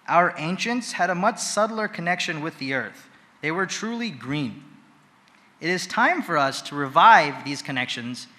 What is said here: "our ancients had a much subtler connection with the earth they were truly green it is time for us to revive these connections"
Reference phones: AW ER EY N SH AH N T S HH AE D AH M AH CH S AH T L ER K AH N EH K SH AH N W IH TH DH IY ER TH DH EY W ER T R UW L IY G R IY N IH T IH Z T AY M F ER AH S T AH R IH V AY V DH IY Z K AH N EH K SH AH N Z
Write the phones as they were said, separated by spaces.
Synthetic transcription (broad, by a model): AW ER EY N SH AH N T S HH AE D AH M AH CH S AH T L ER K AH N EH K SH AH N W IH DH IY ER TH DH EY W ER T R UW L IY G R IY N IH T IH Z T AY M F ER AH S T AH R IH V AY V DH IY Z K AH N EH K SH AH N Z